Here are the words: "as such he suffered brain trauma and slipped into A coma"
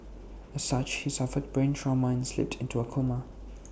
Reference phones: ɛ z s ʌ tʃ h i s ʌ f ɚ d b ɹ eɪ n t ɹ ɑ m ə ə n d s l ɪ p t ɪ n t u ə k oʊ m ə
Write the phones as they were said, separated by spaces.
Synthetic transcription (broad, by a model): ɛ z s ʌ tʃ h i s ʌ f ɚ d b ɹ eɪ n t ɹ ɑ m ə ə n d s l ɪ p t ɪ n t u ə k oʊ m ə